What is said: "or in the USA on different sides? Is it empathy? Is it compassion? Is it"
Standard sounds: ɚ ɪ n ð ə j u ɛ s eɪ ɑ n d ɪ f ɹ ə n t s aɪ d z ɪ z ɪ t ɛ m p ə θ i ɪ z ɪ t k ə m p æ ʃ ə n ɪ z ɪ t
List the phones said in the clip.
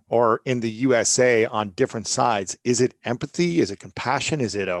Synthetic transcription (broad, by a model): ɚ ɪ n ð ə j u ɛ s eɪ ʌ n d ɪ f ɹ ə n t s aɪ d z ɪ z ɪ t ɛ m p ə θ i ɪ z ɪ t k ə m p æ ʃ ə n ɪ z ɪ t